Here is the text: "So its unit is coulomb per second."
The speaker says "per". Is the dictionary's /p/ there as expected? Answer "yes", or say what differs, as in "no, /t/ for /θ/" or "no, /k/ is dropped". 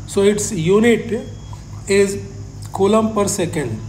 yes